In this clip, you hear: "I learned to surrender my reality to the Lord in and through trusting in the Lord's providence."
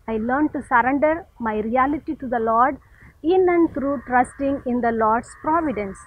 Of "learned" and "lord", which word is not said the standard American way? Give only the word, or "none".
none